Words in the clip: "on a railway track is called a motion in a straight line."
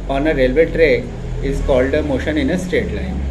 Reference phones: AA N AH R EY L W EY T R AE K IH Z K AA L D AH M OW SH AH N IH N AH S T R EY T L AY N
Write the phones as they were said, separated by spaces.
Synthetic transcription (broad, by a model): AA N AH R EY L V EY T R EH IH Z K AA L D AH M OW SH AH N IH N AH S T EY T L AY N